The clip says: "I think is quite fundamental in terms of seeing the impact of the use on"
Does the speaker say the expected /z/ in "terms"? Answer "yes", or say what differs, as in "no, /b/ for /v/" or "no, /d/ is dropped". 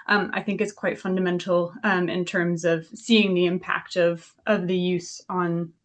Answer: yes